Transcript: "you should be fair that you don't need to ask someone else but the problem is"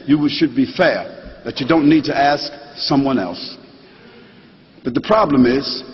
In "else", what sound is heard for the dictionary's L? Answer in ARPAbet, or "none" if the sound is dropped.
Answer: L